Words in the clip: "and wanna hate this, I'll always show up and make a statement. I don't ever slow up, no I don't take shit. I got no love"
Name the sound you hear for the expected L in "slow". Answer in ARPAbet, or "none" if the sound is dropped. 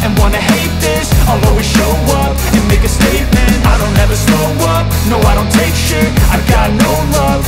none